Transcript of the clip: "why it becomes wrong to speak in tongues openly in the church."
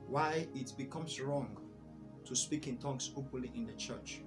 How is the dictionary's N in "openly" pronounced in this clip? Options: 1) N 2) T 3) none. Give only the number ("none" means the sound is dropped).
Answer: 3